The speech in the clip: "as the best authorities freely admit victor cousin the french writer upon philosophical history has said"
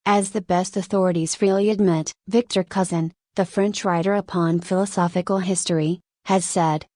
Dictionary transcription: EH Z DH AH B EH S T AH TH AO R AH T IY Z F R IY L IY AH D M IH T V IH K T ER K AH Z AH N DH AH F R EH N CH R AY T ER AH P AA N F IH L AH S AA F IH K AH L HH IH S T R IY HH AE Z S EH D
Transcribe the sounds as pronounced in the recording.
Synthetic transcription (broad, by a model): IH Z DH AH B EH S T AH TH AO R AH T IY Z F R IY L IY AH D M IH T V IH K T ER K AH Z AH N DH AH F R EH N CH R AY T ER AH P AA N F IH L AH S AA F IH K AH L HH IH S T R IY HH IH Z S EH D